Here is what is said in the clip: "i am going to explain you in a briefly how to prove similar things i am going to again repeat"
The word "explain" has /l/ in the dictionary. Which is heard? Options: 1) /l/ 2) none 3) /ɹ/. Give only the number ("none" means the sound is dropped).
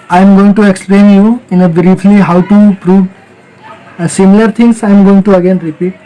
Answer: 1